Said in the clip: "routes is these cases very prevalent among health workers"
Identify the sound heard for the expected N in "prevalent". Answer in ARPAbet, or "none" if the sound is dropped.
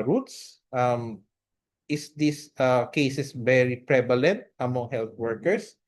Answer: N